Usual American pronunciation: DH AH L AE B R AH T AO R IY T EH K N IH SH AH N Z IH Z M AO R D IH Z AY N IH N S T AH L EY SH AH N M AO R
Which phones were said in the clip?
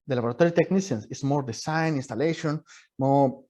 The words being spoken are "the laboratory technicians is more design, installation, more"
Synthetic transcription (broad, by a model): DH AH L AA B R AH T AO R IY T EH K N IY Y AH N S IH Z M AO R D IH S AY N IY N S T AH L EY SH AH N M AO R